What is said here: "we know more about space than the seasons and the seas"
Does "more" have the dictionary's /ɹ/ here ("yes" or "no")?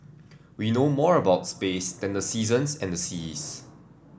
yes